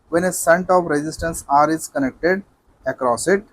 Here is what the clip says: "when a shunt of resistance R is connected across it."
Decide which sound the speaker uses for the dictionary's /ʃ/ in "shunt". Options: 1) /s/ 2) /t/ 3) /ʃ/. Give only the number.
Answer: 1